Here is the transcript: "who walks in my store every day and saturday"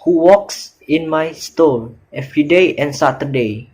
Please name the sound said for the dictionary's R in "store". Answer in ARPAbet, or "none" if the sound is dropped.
L